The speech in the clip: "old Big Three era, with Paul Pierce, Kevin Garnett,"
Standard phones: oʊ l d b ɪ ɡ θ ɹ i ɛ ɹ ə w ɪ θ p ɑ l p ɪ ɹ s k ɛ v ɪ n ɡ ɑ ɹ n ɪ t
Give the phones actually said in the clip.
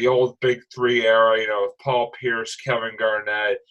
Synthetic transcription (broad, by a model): oʊ l d b ɪ ɡ θ ɹ i ɛ ɹ ə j ɪ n p ɑ l p ɪ ɹ s k ɛ v ɪ n ɡ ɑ ɹ n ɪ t